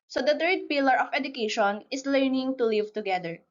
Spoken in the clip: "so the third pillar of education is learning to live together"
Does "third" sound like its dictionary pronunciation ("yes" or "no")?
no